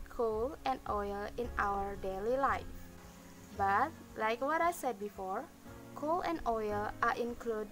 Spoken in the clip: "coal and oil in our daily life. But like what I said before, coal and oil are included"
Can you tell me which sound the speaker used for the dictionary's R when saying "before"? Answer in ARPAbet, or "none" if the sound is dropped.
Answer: R